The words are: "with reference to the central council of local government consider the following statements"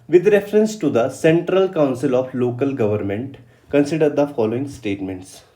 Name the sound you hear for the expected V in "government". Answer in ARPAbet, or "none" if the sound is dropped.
V